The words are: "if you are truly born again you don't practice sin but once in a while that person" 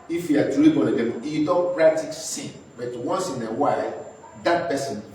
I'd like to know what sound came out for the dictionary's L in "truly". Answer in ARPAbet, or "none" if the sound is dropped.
none